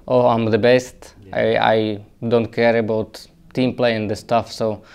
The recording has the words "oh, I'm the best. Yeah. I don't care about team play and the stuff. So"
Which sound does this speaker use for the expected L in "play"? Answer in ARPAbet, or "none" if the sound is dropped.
L